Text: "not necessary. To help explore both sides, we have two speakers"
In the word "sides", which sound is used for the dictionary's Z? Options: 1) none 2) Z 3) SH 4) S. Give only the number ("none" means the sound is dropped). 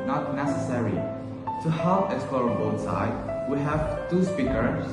1